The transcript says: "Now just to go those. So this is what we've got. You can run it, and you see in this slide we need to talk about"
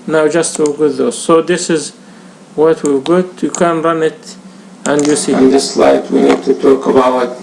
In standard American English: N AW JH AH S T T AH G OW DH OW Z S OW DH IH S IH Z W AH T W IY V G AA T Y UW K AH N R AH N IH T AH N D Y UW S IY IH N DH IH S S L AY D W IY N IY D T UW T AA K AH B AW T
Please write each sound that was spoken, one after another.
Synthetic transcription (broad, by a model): N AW JH AH S T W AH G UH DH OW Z S OW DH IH S IH Z W AH T W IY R G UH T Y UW K AH N R AH N IH T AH N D Y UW S IY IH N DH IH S S L AY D W IY N IY D T UW T AA K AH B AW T